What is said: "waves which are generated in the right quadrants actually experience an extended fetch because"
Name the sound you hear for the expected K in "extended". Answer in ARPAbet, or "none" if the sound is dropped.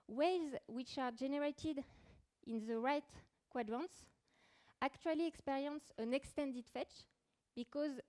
K